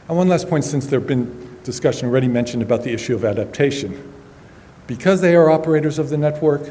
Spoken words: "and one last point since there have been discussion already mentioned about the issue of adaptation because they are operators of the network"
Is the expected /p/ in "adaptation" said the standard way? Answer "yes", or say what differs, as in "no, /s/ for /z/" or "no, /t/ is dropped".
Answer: yes